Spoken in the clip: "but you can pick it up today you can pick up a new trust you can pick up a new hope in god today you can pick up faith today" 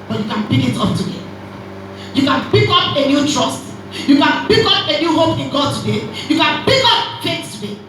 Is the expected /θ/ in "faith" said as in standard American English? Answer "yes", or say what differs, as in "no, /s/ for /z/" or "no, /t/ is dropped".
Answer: no, /s/ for /θ/